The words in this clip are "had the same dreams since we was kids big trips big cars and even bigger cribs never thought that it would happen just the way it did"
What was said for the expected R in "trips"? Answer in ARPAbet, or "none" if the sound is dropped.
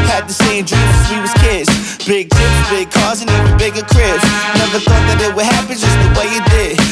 none